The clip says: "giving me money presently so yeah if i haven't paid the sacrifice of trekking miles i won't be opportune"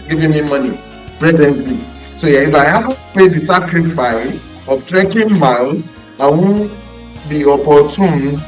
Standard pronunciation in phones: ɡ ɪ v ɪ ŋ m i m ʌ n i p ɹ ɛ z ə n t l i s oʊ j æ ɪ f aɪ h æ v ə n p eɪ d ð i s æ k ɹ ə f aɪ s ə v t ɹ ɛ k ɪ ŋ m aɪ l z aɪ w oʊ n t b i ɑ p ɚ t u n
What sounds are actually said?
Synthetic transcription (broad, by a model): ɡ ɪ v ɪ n m i m ʌ n i p ɹ ɛ z ə n t l i s oʊ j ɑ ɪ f aɪ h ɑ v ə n p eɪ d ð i s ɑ k ɹ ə f aɪ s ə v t ɹ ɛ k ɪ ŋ m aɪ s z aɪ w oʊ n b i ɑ p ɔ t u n